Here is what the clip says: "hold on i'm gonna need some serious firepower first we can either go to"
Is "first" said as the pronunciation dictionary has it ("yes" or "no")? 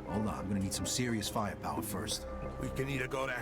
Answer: yes